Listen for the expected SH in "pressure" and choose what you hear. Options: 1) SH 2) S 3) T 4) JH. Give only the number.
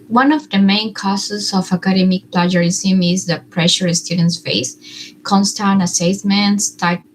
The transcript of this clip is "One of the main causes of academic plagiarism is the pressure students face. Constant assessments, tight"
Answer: 1